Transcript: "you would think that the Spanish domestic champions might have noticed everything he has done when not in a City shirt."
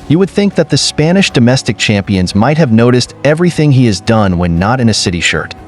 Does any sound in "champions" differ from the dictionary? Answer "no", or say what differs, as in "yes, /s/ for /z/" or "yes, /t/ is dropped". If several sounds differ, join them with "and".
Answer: no